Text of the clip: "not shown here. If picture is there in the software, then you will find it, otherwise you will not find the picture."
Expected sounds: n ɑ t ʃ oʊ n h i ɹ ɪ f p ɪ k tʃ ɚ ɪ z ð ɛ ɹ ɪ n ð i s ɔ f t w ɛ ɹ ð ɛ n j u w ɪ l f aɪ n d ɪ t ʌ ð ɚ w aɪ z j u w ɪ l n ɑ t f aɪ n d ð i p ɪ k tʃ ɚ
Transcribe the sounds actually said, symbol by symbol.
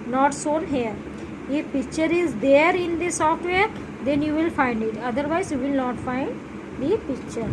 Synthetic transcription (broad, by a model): n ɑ t s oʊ n h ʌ ɹ ɪ f p ɪ k tʃ ɚ ɪ z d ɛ ɹ ɪ n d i s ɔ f t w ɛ ɹ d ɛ n j u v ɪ l f aɪ n d ɪ t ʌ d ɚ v aɪ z j u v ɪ l n ɑ t f aɪ n d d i p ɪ k tʃ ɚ